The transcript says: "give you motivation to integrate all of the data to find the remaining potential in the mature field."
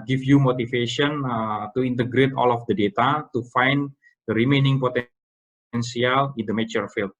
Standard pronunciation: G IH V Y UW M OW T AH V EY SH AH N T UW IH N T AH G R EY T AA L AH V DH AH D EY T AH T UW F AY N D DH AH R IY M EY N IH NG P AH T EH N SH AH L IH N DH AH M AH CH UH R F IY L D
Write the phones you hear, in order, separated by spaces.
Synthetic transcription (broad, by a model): G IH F Y UW M OW T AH F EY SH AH N T UW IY N T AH G R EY T AA L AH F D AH D EY T AH T UW F AY N D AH R IY M EY N IH NG P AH T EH N S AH L IH N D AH M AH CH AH R F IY L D